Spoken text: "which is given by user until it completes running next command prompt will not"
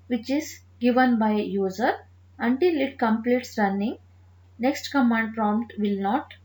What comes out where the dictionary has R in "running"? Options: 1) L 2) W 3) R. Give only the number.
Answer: 3